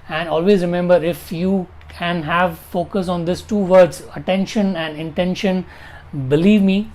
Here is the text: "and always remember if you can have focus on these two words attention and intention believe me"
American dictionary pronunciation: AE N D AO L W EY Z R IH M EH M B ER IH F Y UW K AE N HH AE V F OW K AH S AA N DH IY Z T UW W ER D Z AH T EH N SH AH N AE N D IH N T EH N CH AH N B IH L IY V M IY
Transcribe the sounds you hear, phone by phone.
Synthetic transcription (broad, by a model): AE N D AO L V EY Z R IH M EH M B ER IH F Y UW K AE N HH AE V F OW K AH S AA N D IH S T UW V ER D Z AH T EH N SH AH N AE N D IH N T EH N SH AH N B IH L IY V M IY